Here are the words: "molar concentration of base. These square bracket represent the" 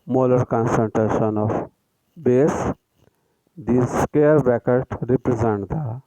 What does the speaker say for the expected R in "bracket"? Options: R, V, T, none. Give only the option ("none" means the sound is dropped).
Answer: none